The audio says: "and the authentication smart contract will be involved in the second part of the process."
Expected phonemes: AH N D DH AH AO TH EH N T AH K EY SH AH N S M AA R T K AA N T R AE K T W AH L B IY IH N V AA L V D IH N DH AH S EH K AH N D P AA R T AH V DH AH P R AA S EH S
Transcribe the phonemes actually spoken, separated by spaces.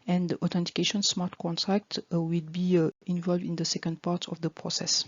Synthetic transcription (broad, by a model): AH N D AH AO T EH N T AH K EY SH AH N S M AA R T K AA N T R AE K T W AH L B IY IH N V AA L V D IH N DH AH S EH K AH N D P AA R T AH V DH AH P R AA S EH S